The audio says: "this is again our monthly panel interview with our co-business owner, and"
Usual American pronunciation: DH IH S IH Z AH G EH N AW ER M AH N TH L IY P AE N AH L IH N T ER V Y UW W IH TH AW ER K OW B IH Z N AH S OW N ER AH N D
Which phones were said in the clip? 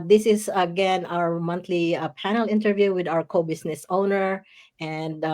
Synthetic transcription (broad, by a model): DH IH S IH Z AH G EH N AW ER M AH N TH L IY P AE N AH L IH N T ER V Y UW W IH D AW ER K OW B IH S N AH S OW N ER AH N D